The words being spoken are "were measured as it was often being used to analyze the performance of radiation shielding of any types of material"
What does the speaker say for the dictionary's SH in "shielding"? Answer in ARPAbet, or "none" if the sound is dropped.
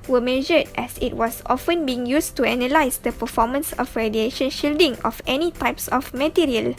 SH